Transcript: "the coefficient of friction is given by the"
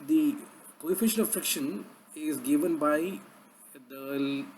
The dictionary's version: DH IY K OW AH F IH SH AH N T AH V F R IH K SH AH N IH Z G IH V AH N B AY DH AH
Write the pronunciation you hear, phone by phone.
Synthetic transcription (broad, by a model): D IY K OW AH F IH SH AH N AH V F R IH K SH AH N IH Z G IH V AH N B AY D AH